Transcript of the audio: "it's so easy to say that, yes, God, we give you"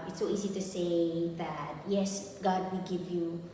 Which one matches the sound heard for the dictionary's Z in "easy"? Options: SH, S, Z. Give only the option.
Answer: Z